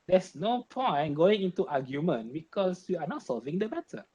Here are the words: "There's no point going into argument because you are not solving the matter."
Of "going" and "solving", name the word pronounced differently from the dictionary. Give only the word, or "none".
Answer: none